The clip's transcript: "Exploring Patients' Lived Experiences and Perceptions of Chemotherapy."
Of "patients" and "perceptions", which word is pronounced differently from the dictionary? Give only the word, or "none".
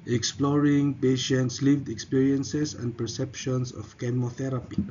perceptions